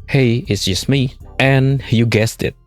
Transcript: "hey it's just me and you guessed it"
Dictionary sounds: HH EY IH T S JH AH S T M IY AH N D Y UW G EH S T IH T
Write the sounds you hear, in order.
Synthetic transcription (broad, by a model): HH EY IH T S JH AH S T M IY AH N Y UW G EH S T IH T